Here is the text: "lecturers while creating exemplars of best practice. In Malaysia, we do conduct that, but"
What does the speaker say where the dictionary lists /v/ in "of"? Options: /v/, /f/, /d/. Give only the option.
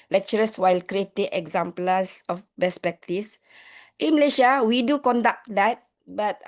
/f/